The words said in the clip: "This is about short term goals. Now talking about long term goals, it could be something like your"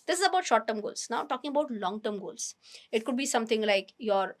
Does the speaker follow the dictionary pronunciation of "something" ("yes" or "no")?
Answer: no